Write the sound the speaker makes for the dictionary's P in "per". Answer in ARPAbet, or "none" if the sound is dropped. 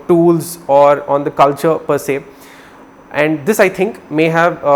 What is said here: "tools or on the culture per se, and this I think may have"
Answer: P